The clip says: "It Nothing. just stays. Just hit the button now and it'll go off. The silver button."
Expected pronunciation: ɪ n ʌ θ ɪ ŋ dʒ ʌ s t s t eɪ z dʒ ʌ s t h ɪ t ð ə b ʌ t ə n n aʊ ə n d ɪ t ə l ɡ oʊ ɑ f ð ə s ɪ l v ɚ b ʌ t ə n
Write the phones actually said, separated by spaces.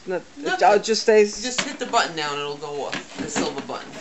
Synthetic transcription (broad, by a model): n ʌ t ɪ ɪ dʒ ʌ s s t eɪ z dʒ ʌ s t h ɪ t ð ə b ʌ t n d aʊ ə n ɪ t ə l ɡ oʊ ɑ f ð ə s ɪ l v ɚ b ʌ t n